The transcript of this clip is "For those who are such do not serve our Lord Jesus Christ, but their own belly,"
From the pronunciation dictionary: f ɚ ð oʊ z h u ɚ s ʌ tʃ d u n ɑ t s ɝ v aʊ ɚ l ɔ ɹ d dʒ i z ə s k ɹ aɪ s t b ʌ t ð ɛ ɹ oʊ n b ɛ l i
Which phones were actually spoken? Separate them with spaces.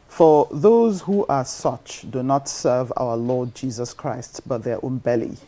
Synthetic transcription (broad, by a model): f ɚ ð oʊ z h u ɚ s ʌ tʃ d u n ɑ t s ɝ v aʊ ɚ l ɔ d dʒ i z ə s k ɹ aɪ s t b ʌ t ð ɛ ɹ oʊ n b ɛ l i